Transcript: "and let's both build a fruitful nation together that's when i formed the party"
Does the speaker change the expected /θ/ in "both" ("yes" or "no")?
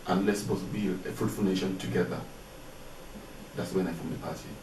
yes